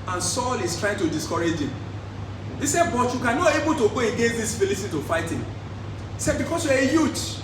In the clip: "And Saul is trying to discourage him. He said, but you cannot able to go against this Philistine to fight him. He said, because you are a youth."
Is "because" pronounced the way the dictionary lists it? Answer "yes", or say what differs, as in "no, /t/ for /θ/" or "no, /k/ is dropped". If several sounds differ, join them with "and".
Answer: no, /s/ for /z/